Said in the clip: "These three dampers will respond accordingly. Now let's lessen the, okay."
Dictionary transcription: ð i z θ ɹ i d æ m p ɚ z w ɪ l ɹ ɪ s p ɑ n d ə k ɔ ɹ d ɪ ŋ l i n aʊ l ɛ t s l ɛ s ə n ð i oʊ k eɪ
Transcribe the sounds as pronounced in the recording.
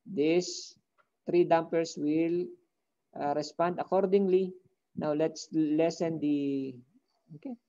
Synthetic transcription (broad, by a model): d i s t ɹ i d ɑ m p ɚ s w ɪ l ɹ ɪ s p ɑ n d ə k ɔ ɹ d ɪ ŋ l i n aʊ l ɛ t s l ɛ s ə n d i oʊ k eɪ